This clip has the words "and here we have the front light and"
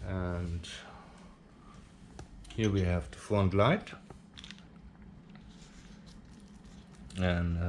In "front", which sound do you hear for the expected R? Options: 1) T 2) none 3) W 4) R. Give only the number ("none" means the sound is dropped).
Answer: 2